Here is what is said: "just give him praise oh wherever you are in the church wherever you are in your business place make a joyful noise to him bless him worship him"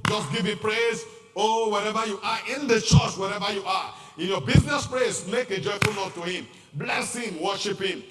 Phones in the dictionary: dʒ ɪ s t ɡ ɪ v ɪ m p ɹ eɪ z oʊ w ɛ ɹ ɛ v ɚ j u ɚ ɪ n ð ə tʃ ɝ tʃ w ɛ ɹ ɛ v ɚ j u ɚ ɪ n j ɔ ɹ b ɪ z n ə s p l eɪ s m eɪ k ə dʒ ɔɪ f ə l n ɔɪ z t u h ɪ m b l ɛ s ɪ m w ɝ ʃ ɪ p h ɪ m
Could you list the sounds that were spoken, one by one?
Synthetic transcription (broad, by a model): dʒ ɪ s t ɡ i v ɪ p ɹ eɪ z oʊ w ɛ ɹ ɛ v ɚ j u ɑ ɪ n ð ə tʃ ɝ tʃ w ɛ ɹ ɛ v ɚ j u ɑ ɪ n j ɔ b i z n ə s p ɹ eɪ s m eɪ k ə dʒ ɔɪ f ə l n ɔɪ t u h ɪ m b l ɛ s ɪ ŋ w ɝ ʃ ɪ p h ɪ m